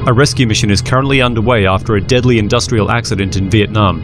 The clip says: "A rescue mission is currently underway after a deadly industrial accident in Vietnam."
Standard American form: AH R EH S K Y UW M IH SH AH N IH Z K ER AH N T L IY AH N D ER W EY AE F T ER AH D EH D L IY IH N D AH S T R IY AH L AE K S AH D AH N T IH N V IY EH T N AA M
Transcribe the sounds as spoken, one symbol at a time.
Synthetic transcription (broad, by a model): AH R EH S K Y UW M IH SH AH N IH Z K ER AH N T L IY AH N D ER W EY AE F T ER AH D EH D L IY IH N D AH S T R IY AH L AE K S AH D AH N T IH N V IY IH T N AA M